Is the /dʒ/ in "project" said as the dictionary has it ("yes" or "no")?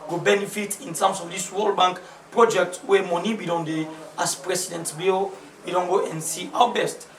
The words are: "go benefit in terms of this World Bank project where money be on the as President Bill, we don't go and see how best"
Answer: yes